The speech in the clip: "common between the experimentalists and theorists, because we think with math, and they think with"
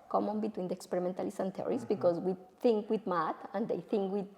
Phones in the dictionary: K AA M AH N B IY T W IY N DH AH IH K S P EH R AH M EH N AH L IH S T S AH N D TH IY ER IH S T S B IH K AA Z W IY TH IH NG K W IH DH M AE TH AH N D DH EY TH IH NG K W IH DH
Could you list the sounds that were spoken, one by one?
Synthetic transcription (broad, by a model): K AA M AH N B IY T W IY N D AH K S P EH R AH M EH N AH L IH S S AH N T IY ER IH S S B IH K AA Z W IY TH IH NG K W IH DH M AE T AH N D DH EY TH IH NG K W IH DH